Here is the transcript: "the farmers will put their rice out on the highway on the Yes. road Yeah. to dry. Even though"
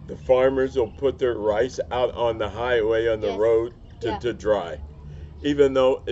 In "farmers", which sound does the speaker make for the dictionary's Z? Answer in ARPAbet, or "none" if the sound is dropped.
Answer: Z